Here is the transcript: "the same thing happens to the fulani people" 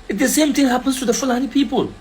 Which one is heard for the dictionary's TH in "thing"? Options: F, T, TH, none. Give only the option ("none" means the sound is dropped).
T